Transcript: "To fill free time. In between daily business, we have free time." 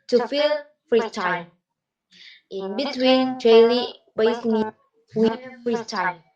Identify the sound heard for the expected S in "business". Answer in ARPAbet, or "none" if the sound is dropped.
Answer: none